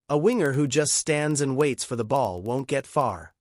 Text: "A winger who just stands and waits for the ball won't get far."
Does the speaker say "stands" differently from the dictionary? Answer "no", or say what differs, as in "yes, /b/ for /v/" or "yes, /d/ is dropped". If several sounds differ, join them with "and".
no